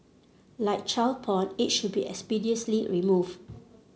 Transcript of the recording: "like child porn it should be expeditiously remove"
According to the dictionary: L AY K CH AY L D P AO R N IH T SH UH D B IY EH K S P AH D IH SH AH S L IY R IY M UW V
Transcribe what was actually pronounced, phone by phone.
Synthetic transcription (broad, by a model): L AY K CH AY L P AO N IH T SH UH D B IY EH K S P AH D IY AH S L IY R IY M UW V